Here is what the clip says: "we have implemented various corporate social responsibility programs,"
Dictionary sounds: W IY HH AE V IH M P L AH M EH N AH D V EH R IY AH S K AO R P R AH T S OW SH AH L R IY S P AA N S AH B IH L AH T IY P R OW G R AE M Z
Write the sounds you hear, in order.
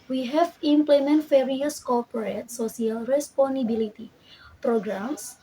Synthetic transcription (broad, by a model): W IY HH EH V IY M P L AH M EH N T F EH R IY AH S K AO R P R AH T S OW S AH L R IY S P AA N AH B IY L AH T IY P R OW G R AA M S